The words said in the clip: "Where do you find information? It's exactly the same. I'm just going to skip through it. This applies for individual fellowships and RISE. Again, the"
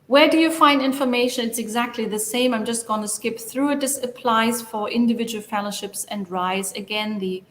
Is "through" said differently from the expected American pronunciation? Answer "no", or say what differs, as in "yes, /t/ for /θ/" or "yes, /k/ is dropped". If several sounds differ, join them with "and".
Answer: no